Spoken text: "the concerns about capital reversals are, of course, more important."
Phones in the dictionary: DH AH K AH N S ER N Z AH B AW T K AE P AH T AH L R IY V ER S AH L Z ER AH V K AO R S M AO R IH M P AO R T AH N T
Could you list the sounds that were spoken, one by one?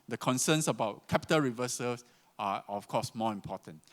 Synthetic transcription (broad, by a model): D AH K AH N S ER N S AH B AW T K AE P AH T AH L R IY V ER S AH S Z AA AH F K AO S M AO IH M P AO T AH N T